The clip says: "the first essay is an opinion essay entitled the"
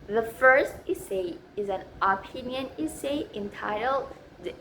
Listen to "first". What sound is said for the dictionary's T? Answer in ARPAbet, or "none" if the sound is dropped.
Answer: T